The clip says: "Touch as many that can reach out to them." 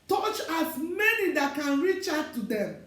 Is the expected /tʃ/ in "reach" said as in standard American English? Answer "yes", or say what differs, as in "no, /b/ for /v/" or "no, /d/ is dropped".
yes